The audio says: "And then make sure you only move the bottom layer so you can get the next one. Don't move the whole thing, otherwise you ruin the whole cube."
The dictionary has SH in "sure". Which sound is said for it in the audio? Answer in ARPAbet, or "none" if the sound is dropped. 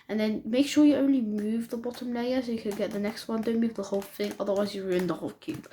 SH